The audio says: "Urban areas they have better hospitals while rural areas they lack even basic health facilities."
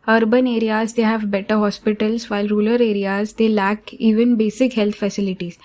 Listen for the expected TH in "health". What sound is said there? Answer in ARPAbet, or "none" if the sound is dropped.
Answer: T